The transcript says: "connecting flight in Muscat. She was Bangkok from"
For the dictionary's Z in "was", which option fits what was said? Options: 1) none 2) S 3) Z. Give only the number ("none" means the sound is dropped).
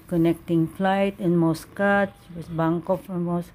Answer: 2